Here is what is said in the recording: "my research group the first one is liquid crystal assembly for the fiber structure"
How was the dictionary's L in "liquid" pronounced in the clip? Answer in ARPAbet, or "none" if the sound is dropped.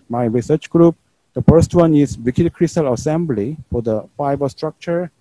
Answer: W